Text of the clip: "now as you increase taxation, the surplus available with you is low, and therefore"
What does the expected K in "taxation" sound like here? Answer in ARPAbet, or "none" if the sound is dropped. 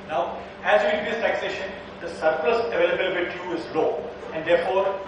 K